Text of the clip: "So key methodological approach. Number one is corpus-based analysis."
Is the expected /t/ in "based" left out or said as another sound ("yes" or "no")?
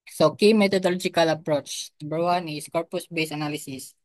yes